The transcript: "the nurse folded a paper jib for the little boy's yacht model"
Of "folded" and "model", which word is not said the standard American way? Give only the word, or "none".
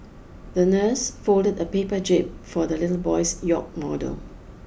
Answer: none